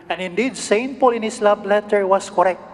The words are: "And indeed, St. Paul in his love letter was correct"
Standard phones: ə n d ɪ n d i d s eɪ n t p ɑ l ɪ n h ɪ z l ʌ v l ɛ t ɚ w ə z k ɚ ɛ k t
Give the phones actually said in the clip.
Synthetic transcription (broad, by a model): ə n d ɪ n d i d s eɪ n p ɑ l ɪ n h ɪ s l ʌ b l ɛ t ɚ w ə s k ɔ ɛ k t